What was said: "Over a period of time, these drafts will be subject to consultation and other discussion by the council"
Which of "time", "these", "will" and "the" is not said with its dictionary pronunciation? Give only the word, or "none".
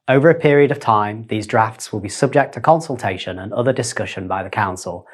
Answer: none